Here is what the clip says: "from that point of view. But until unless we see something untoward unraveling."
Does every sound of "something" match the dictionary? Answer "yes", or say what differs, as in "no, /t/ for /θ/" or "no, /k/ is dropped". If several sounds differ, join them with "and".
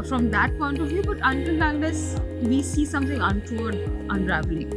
no, /t/ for /θ/